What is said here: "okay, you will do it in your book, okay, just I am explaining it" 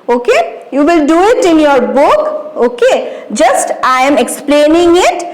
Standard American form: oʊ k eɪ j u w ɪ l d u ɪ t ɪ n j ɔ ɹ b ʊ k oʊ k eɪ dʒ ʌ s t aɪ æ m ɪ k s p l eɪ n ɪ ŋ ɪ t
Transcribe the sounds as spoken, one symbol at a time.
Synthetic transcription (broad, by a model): oʊ k eɪ j u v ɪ l d u ɪ t ɪ n j ɔ ɹ b ʊ k oʊ k eɪ dʒ ʌ s t aɪ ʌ m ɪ k s p l eɪ n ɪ ŋ ɪ t